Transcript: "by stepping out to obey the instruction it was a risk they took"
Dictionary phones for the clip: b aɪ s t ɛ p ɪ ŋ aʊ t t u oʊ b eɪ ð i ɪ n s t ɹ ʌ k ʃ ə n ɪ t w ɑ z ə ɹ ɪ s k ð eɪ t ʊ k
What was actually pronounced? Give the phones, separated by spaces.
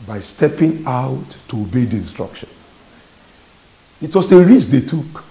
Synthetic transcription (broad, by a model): b aɪ s t ɛ p ɪ ŋ aʊ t t u oʊ b eɪ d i ɪ n s t ɹ ʌ k ʃ ə n ɪ t w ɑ s ə ɹ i s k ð eɪ t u k